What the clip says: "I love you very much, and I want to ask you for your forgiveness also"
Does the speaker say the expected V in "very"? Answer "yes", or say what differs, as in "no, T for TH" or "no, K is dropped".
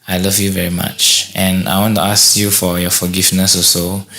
yes